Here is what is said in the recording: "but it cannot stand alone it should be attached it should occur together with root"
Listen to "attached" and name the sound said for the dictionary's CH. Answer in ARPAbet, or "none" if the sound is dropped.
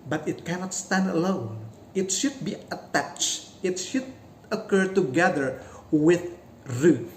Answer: CH